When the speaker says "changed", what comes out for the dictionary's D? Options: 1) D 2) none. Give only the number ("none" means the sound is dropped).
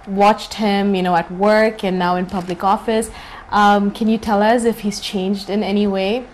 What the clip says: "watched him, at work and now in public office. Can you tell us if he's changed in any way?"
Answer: 1